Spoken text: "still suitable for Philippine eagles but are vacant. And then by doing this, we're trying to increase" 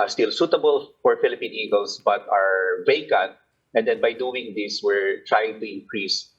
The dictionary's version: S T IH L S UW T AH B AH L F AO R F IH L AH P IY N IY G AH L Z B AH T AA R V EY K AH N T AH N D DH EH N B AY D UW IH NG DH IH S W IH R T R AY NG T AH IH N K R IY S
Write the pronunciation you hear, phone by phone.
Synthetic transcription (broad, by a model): S T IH L S UW T AH B AH L F AO R F IH L AH P IY N IY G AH L S B AH T AA R V EY K AH N T AH N D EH N B AY D UW IH NG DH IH S W IH R T R AY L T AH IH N K R IY S